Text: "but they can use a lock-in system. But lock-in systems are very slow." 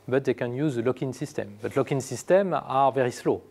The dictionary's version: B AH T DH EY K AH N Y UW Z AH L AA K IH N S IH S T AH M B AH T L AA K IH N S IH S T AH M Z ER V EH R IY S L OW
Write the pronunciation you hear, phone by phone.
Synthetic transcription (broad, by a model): B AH T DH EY K AH N Y UW Z AH L AA K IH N S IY S T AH M B AH T L AA K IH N S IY S T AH M AA V EH R IY S L OW